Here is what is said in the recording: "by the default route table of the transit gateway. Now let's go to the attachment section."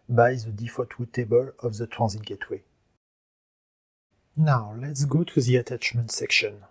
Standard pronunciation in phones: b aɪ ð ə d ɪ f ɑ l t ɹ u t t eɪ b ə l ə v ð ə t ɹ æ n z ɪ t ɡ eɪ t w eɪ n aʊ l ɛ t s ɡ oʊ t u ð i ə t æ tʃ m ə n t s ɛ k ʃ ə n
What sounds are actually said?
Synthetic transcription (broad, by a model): b aɪ ð ə d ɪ f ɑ t w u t t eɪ b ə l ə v ð ə t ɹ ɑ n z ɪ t ɡ eɪ t w eɪ n aʊ l ɛ t s ɡ oʊ t u ð i ə t æ tʃ m ə n t s ɛ k ʃ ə n